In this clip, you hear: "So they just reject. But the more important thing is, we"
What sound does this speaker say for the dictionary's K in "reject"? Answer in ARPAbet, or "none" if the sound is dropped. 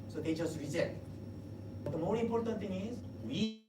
none